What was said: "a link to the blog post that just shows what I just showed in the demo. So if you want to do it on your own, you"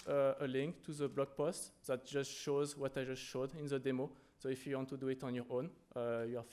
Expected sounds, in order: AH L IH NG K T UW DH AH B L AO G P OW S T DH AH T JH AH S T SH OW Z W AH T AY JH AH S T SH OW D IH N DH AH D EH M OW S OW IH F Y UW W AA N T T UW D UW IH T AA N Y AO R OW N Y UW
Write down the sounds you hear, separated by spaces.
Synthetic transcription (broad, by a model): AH L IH NG K T UW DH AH B L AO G P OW S T DH AH T JH AH S T SH OW Z W AH T AY JH AH S T SH OW D IH N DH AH D EH M OW S OW IH F Y UW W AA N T T UW D UW IH T AA N Y AO R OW N Y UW